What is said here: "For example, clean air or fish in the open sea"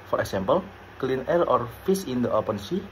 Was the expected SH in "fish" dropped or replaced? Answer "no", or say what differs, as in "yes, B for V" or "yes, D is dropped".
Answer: yes, S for SH